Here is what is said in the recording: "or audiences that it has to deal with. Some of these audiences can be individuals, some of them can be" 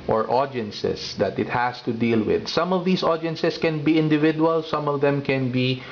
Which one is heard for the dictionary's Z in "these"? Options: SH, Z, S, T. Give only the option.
S